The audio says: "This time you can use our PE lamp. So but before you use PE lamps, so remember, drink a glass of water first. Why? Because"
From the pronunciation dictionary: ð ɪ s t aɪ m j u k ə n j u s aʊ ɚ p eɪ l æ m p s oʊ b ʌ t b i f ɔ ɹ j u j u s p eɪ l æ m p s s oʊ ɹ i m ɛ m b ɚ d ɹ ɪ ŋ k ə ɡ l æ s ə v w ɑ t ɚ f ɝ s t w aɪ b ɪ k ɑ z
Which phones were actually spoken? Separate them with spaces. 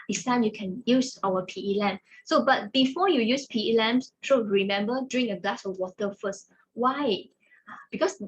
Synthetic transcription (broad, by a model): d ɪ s t aɪ m j u k ə n j u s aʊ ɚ p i l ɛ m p s oʊ b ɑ t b i f ɔ j u j u s p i l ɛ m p s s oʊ ɹ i m ɛ m b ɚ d ɹ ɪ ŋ ə ɡ l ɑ s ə w ɑ t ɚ f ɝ s t w aɪ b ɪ k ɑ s